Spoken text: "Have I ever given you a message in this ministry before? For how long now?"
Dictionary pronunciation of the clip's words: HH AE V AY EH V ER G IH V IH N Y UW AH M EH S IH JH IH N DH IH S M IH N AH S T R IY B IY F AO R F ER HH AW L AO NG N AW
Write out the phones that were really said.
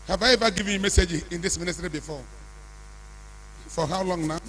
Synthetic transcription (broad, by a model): HH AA V AY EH V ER G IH V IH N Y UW M EH S IH JH IH N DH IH S M IH N AH S T R IY B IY F AO F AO HH AW L AO NG N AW